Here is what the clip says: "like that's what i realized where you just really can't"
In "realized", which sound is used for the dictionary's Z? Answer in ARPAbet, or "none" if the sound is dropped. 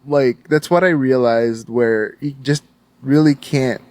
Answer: Z